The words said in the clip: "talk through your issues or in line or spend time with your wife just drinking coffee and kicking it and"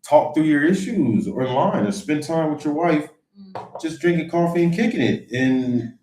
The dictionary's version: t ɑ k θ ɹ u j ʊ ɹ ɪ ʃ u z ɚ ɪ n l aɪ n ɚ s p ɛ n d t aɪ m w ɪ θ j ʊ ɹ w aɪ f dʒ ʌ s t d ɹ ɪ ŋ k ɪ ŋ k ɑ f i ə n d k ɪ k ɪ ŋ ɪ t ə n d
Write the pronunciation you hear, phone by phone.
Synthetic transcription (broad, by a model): t ɑ k θ ɹ u j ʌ ɹ ɪ ʃ u z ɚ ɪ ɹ l aɪ n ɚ s p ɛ n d t aɪ m w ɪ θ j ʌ ɹ w aɪ f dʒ ʌ s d ɹ ɪ ŋ k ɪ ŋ k ɑ f i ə n k ɪ k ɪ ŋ ɪ t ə n